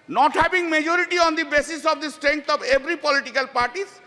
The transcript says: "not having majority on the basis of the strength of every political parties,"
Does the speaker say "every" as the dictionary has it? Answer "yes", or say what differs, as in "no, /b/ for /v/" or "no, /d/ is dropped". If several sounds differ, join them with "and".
no, /b/ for /v/